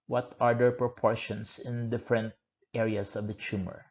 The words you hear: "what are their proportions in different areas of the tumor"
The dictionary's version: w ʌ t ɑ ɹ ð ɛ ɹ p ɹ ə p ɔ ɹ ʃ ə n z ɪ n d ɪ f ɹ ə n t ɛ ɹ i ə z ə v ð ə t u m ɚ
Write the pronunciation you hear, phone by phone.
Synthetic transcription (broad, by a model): w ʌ t ɑ ɹ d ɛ ɹ p ɹ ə p ɔ ɹ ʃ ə n s ɪ n d ɪ f ɹ ə n t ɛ ɹ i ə s ə v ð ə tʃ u m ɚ